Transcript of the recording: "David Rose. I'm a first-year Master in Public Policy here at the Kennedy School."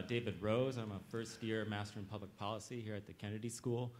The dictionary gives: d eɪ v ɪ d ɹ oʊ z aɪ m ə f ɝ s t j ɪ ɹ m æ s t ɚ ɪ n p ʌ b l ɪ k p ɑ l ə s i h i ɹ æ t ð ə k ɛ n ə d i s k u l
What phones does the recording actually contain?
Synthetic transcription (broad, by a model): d eɪ v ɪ d ɹ oʊ z aɪ m ə f ɝ s t j ɪ ɹ m æ s t ɚ ɪ n p ʌ b l ɪ k p ɑ l ə s i h i ɹ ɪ t ð ə k ɛ n ə d i s k u l